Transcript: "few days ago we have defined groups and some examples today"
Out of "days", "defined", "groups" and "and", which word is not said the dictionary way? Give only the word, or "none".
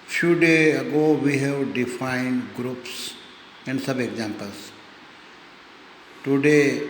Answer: days